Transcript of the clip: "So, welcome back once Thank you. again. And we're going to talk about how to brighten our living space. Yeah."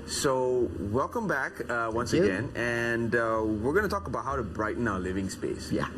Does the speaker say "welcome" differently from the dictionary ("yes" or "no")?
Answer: no